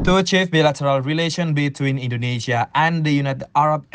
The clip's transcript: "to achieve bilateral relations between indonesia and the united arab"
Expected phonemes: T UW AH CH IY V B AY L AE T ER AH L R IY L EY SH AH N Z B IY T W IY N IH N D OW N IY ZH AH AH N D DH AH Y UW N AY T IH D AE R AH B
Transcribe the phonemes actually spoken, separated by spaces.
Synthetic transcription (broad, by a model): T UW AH CH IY F B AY L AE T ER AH L R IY L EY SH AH N B IY T W IY N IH N D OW N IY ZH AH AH N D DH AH Y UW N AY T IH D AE R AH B